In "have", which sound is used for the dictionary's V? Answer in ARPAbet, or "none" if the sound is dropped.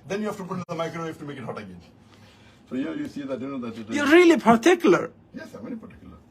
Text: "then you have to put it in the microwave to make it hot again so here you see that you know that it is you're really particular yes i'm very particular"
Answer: F